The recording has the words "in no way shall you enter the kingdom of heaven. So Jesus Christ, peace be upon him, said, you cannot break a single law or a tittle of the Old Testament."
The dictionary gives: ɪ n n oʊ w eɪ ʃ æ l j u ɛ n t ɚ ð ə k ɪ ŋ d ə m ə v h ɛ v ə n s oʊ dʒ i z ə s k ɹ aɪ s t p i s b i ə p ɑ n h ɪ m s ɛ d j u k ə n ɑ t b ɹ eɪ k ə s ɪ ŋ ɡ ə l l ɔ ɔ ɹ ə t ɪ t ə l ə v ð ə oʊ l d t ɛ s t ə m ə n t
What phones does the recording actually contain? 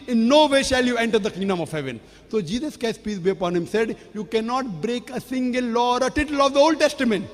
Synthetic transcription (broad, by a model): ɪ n n oʊ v eɪ ʃ æ l j u ɛ n t ɚ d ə k ɪ ŋ d ə m ə v h ɛ v ə n s oʊ dʒ i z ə s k aɪ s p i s b i ə p ɑ n h ɪ m s ɛ d j u k ə n ɑ t b ɹ eɪ k ə s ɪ ŋ ɡ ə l l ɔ ɔ ɹ ə t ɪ t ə l ə v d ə oʊ l d t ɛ s t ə m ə n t